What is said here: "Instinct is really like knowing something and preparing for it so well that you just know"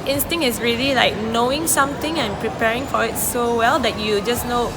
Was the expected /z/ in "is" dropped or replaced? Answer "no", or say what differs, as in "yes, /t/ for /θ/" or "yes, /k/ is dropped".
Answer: yes, /s/ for /z/